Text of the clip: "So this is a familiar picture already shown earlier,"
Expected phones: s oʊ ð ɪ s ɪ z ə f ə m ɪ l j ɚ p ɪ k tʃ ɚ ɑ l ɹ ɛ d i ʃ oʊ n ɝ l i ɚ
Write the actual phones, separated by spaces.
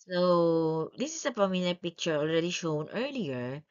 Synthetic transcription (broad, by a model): s oʊ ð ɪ s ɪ s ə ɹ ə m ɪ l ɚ p ɪ k tʃ ɚ ɑ l ɹ ɛ d i ʃ oʊ n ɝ l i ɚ